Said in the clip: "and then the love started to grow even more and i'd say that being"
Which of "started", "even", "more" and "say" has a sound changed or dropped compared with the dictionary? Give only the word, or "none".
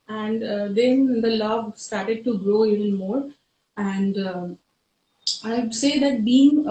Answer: even